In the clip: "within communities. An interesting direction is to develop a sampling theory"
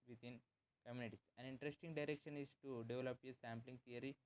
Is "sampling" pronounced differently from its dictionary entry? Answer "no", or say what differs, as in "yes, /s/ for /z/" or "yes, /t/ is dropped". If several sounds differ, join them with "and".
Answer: no